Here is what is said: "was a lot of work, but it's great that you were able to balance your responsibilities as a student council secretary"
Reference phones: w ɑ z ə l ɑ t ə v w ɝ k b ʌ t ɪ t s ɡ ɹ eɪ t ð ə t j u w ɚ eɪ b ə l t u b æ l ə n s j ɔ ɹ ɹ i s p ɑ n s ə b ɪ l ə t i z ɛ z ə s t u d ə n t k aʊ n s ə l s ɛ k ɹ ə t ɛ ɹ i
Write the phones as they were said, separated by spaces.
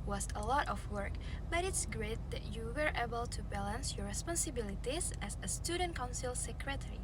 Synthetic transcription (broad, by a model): w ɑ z ə l ɑ t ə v w ɝ k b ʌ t ɪ t s ɡ ɹ eɪ t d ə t j u w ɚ eɪ b ə l t u b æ l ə n s j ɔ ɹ ɹ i s p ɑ n s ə b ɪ l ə t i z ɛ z ə s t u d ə n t k aʊ n s ə l s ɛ k ɹ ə t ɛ ɹ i